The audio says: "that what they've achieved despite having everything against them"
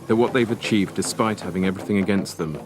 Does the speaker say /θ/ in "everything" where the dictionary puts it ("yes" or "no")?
yes